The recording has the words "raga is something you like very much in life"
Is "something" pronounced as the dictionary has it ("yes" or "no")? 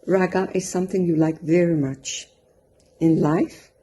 yes